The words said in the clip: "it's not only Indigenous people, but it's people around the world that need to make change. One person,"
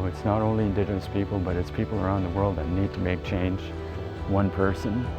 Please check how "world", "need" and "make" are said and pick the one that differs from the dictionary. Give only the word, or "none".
none